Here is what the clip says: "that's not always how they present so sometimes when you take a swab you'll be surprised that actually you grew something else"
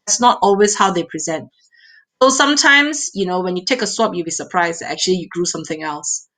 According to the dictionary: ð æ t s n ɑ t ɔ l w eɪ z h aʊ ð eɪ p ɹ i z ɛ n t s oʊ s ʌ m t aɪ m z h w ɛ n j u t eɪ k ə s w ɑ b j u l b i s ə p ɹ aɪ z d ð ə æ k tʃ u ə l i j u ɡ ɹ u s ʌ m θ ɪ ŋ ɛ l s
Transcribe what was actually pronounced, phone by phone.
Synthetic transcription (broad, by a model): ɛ t s n ɑ t ɔ l w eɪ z h aʊ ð eɪ p ɹ i z ɛ n t s oʊ s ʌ m t aɪ m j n w ɛ n j u t eɪ k ə s w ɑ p j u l b i s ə p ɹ aɪ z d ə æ k tʃ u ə l i j u ɡ ɹ u s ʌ m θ ɪ ŋ ɛ l s